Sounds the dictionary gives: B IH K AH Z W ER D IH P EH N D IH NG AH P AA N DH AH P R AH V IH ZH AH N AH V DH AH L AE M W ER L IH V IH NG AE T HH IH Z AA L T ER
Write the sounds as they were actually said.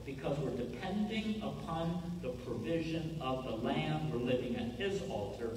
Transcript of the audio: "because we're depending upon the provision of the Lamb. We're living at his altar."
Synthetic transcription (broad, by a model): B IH K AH Z W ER D IH P EH N D IH NG AH P AA N DH AH P R AH V IH ZH AH N AH V DH AH L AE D W ER L IH V IH NG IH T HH IH Z AA L T ER